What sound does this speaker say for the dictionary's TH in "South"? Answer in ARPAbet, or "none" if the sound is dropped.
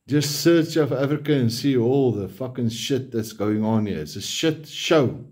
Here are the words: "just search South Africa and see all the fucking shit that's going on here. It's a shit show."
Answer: F